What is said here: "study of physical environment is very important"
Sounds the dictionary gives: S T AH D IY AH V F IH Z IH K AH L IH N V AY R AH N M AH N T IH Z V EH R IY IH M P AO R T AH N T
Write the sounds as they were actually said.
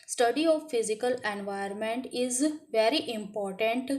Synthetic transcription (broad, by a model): S T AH D IY AH V F IH Z IH K AH L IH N V AY AH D M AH N T IH Z V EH R IY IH M P AO R T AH N T